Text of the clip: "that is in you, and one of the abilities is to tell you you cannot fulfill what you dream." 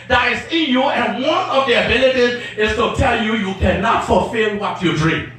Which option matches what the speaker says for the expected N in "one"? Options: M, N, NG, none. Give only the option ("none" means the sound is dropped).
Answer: N